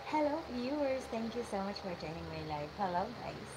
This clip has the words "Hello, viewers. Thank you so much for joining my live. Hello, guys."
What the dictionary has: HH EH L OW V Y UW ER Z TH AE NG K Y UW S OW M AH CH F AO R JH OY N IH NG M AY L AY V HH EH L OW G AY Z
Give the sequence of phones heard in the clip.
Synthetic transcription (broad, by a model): HH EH L OW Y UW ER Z T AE NG K Y UW S OW M AH CH F AO R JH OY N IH NG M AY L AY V HH EH L OW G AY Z